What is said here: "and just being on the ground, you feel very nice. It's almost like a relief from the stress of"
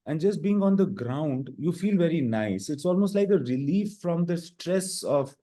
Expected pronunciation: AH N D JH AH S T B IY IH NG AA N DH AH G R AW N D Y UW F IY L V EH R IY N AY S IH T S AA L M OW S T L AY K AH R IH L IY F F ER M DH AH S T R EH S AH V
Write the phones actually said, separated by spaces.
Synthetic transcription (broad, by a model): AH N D JH AH S T B IY IH NG AA N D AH G R AW N D Y UW F IY L V EH R IY N AY S IH T S AA L M OW S T L AY K AH R IH L IY F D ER M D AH S T R EH S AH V